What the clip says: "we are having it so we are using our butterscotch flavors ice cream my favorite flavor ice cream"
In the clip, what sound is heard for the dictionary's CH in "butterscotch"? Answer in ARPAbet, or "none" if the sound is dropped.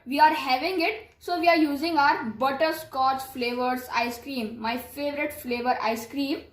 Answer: S